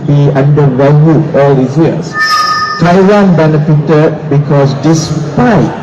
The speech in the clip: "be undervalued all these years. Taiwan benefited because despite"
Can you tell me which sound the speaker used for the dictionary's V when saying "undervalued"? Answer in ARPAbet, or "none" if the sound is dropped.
none